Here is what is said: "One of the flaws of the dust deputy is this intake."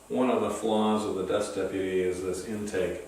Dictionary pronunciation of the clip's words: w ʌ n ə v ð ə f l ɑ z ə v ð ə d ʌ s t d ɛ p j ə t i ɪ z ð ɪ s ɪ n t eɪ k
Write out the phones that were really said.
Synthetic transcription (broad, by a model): w ʌ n ə v ð ə f l ɑ z ə v ð ə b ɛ s d ɛ p j ə t i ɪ z ð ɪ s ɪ n t eɪ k